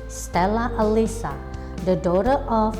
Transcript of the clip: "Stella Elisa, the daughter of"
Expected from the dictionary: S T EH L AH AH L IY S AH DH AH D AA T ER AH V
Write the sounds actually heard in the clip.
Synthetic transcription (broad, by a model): S T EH L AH AH L IY S AH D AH D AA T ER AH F